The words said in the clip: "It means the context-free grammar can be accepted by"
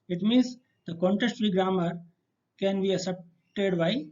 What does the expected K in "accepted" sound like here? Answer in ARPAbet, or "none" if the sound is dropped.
none